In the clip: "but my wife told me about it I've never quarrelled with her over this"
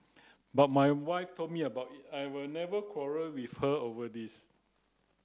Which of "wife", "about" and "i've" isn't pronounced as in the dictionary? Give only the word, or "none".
i've